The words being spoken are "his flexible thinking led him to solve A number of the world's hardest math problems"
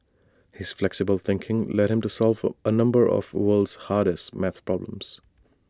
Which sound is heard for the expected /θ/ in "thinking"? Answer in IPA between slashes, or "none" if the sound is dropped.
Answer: /θ/